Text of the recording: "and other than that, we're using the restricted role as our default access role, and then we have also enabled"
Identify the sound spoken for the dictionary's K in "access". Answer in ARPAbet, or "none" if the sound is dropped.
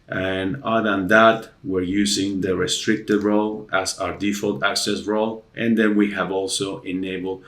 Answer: K